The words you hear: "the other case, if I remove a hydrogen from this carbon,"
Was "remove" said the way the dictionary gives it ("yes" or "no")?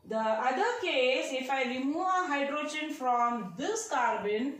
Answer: no